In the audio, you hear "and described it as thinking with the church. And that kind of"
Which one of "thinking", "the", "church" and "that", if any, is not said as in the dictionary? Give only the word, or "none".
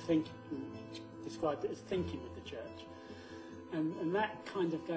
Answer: none